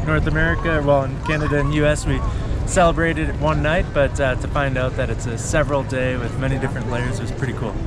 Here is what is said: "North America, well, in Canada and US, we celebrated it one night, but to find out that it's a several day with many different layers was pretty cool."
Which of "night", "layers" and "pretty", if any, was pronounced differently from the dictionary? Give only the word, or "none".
none